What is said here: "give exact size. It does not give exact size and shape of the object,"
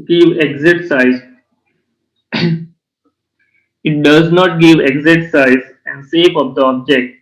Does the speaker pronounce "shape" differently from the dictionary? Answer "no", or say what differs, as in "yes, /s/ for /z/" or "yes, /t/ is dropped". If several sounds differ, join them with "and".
yes, /s/ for /ʃ/